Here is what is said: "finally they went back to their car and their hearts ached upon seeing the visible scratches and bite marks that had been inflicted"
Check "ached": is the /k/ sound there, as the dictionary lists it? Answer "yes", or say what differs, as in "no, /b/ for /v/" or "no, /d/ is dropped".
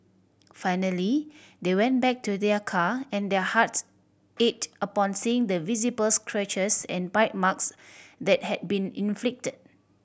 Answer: no, /k/ is dropped